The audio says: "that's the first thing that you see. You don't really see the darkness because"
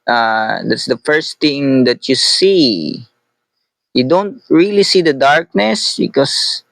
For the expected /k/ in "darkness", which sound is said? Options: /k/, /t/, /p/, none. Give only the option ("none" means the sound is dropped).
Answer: /k/